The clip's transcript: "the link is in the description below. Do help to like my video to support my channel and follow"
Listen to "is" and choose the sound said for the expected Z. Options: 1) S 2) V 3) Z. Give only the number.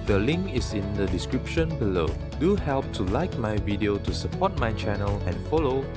1